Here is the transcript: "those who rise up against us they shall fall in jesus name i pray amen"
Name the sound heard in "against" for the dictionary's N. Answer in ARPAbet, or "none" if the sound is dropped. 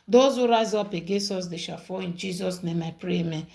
none